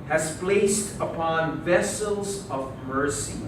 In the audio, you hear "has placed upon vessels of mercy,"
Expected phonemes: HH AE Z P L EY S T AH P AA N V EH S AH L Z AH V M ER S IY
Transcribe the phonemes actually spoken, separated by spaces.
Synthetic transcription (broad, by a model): HH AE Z P L EY S T AH P AA N V EH S AH L Z AH V M ER S IY